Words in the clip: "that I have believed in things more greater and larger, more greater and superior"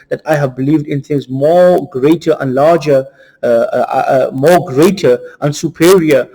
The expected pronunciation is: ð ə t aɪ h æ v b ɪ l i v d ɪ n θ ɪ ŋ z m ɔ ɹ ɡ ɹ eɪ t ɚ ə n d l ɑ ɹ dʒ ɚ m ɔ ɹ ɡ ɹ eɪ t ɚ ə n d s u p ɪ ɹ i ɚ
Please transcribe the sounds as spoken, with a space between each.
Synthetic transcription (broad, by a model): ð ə t aɪ h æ v b ɪ l i v d ɪ n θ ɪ ŋ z m ɔ ɡ ɹ eɪ t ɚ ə n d l ɑ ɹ dʒ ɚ m ɔ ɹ ɡ ɹ eɪ t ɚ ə n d s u p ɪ ɹ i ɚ